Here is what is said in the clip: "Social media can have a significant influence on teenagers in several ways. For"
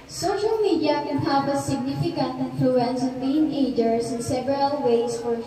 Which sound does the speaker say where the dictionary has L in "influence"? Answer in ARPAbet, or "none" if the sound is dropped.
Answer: L